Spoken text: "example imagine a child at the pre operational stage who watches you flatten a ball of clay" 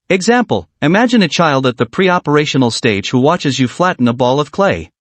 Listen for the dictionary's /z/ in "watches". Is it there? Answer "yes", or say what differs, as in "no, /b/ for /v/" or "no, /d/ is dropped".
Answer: yes